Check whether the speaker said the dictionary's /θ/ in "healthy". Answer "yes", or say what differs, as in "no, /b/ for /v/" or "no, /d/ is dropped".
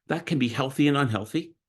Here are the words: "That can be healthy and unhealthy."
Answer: yes